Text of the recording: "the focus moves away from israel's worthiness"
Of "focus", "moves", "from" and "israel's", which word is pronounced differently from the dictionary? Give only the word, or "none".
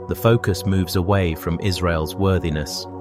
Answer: none